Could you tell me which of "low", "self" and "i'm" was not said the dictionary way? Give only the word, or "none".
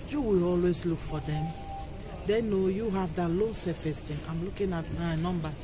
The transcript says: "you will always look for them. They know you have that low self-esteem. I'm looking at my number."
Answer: self